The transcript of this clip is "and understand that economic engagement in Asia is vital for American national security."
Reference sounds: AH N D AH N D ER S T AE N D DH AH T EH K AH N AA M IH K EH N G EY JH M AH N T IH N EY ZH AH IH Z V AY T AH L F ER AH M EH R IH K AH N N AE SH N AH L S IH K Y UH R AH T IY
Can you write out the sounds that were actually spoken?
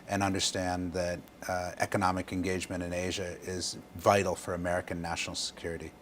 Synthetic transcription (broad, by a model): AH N AH N D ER S T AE N DH AH T EH K AH N AA M IH K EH N G EY JH M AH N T IH N EY ZH AH IH Z V AY T L F ER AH M EH R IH K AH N N AE SH N L S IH K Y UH R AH T IY